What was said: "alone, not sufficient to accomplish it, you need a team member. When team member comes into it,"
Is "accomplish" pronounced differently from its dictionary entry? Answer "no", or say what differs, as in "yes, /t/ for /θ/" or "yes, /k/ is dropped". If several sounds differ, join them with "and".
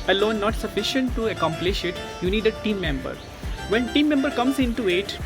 no